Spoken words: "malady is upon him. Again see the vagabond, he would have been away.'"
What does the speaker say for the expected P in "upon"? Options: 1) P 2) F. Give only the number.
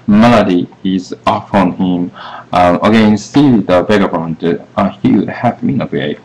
2